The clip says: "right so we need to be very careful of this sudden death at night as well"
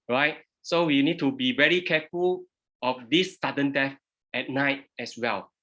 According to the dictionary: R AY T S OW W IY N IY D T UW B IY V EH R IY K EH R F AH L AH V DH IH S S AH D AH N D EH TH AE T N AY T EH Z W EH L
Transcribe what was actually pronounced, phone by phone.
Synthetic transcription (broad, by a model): R AY T S OW W IY N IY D T UW B IY V EH R IY K EH F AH L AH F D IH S S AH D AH N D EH F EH T N AY T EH S W EH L